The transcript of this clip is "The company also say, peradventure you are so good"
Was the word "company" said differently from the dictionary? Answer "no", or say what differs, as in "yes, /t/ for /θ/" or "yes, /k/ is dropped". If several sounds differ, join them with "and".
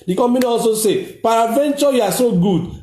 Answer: yes, /p/ is dropped